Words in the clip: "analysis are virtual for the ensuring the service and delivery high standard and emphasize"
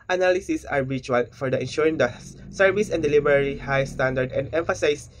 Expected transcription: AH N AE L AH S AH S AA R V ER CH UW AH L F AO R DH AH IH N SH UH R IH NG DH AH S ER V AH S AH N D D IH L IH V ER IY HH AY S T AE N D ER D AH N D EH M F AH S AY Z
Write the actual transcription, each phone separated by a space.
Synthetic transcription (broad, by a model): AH N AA L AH S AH S AA R B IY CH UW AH L F AO R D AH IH N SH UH R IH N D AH S ER V AH S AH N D D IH L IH B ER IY HH AY S T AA N D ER D AH N D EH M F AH S AY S